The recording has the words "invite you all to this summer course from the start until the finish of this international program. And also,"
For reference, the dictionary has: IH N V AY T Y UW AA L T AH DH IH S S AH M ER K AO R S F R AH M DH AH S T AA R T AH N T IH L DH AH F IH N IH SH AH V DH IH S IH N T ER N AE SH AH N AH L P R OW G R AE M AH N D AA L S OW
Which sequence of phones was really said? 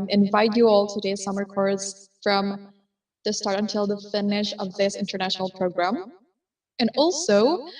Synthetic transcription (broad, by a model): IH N V AY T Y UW AA L T AH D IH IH S AH M ER K AO R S F R AH M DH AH S T AA R T AH N T IH L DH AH F IH N IH SH AH V DH IH S IH N T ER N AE SH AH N L P R OW G R AE M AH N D AA L S OW